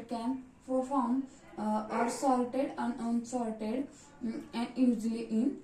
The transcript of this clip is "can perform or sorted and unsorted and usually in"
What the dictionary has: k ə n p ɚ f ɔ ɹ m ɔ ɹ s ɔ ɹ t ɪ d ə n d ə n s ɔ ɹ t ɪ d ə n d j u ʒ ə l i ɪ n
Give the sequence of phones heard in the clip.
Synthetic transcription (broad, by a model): k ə n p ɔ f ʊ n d ɔ ɹ s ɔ l t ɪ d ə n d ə n s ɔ l t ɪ d ə n d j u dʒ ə l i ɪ n